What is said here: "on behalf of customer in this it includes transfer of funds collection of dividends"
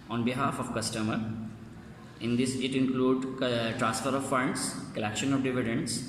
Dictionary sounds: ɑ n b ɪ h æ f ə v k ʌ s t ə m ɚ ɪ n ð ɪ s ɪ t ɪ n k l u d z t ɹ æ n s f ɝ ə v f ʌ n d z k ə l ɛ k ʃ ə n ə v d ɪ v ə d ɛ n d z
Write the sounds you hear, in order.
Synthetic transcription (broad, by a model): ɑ n b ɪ h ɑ f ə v k ʌ s t ə m ɚ ɪ n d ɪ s ɪ t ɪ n k l u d t ɹ æ n s f ɝ ə v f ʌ n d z k ə l ɛ k ʃ ə n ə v d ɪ v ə d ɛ n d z